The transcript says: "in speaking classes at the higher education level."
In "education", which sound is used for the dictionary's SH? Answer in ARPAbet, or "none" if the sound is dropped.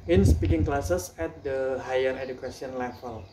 S